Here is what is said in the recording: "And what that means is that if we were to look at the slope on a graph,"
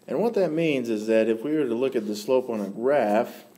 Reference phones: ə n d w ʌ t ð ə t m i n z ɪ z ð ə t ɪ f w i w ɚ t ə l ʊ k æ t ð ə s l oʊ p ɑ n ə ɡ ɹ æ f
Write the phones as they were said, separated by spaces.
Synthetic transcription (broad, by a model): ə n w ʌ t ð ə t m i n z ɪ z ð ə t ɪ f w i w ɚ t ə l ʊ k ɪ t ð ə s l oʊ p n ə ɡ ɹ æ f